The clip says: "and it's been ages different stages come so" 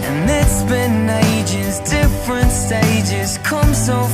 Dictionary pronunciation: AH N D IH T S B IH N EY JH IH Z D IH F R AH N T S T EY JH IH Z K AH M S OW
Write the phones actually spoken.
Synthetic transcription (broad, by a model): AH N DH IH T S B IH N EY JH IH Z D IH F R AH N T S T EY JH IH Z K AH M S OW